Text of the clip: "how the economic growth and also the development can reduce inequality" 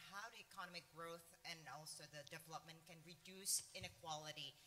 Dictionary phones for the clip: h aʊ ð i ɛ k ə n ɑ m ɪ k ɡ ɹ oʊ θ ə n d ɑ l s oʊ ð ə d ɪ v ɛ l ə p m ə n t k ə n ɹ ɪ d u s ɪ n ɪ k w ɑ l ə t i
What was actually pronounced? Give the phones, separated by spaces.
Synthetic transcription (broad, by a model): h aʊ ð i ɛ k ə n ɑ m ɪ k ɡ ɹ oʊ θ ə n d ɑ l s oʊ ð ə d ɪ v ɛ l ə p m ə n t k ə n ɹ ɪ d u s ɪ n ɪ k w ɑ l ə t i